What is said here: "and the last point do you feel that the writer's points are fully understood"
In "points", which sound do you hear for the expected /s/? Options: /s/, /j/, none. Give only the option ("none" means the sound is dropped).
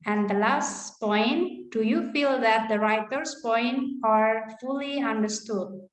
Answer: none